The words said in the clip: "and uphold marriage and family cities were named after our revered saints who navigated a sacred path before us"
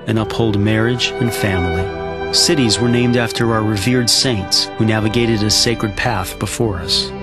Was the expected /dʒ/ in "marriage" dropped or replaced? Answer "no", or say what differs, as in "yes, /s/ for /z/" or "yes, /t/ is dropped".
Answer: no